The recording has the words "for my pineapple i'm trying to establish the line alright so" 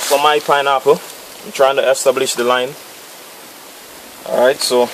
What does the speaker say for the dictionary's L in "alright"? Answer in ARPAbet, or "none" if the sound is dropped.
none